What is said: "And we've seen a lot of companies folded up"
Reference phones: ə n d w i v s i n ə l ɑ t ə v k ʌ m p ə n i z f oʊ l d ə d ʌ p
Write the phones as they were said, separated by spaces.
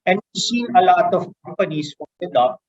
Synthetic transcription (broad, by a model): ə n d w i s i n ə l ɑ t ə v k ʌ m p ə n i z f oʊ n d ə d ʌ